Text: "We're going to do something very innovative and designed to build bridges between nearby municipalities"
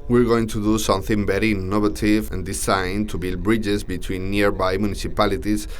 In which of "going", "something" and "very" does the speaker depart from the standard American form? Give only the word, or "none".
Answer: very